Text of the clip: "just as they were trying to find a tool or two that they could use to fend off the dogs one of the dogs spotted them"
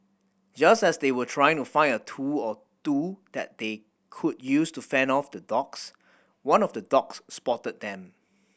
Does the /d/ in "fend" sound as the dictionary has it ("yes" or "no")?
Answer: no